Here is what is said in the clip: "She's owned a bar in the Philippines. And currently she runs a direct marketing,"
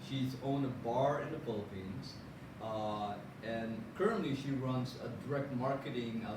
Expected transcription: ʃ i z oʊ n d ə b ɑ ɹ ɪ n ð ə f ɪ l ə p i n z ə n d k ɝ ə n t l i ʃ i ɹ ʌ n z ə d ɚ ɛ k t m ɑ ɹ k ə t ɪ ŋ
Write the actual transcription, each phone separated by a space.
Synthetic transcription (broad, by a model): ʃ i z oʊ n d ə b ɑ ɹ ɪ n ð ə f ɪ l ə p i n z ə n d k ɝ ə n t l i ʃ i ɹ ʌ n z ə d ɚ ɛ k t m ɑ ɹ k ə t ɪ ŋ